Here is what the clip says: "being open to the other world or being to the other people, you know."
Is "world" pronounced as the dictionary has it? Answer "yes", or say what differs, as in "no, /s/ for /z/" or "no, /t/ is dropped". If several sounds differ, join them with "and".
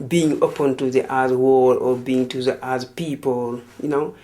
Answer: no, /d/ is dropped